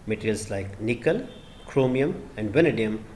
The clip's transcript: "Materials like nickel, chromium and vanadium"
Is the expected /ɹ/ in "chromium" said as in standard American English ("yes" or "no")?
yes